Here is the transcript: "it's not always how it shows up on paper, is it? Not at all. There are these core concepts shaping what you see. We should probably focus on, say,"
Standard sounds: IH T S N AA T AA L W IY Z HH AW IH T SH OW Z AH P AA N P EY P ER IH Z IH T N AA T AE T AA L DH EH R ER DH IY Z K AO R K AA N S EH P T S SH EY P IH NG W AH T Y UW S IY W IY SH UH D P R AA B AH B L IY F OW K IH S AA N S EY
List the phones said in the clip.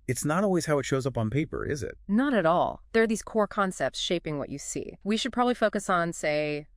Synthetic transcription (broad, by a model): IH T S N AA T AA L W IY Z HH AW IH T SH OW Z AH P N P EY P ER IH Z IH T N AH T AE T AA L DH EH R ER DH IY Z K AO R K AA N S EH P T S SH EY P IH NG W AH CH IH S IY W IY SH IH D P R AA B AH B L IY F OW K IH S N S EY